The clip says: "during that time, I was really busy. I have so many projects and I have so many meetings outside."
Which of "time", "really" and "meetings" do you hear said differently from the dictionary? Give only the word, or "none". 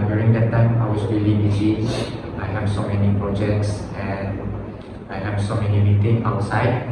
meetings